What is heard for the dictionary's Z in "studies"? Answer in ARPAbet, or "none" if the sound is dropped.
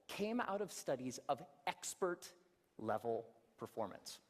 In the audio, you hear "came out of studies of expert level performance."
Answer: Z